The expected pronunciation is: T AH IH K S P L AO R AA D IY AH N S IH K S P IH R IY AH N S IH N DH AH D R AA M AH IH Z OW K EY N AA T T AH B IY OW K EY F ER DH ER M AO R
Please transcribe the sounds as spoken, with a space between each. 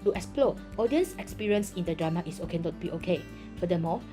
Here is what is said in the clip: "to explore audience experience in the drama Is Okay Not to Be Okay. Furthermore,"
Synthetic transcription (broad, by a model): T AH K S P L AO AA D IY AH N S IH K S P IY R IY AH N S IH N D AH D R AA M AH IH S OW K EY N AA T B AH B OW K EY F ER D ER M AO